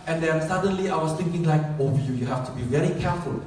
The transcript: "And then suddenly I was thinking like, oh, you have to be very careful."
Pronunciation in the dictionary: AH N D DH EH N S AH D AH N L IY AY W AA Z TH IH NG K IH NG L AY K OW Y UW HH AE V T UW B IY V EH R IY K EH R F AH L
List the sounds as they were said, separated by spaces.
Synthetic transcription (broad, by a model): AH N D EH N S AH D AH N L IY AY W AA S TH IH NG K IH NG L AY K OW Y UW HH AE F T UW B IY V EH R IY K EH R F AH L